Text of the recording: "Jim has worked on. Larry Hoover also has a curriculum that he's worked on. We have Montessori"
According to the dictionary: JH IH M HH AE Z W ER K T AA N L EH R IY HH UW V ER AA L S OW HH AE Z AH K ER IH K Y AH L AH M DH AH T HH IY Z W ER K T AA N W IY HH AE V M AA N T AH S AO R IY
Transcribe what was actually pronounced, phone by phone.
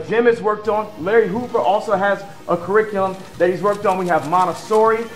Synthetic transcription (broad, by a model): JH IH M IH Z W ER K T N L EH R IY HH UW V ER AA L S OW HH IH Z AH K ER IH K Y L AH M DH AH T HH IY Z W ER K T N W IY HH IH V M AA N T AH S AO R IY